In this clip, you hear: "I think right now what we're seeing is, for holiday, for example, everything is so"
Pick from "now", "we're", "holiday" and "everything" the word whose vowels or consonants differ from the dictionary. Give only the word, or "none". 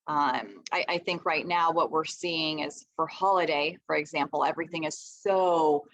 none